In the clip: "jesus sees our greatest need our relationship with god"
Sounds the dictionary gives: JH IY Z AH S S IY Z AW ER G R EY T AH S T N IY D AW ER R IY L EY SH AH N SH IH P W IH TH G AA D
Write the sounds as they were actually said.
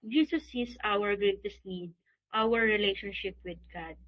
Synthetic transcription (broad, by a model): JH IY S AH S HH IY S AW ER G R EY T AH S T N IY D AW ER R IY L EY SH AH N SH IH P W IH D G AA D